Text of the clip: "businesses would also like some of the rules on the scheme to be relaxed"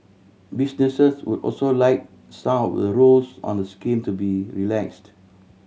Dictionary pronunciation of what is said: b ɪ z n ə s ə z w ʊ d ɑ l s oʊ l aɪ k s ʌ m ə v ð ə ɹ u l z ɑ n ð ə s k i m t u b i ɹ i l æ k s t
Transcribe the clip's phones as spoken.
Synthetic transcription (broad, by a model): b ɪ s n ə s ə s w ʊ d ɑ l s oʊ l aɪ k s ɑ ə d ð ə ɹ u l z ɑ n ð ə s k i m t u b i ɹ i l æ k s t